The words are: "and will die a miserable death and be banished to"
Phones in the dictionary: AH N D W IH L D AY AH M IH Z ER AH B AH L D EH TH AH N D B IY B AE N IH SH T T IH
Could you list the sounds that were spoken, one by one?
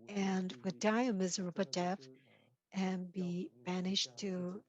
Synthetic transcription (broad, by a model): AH N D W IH D AY AH M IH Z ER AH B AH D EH F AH N B IY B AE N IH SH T T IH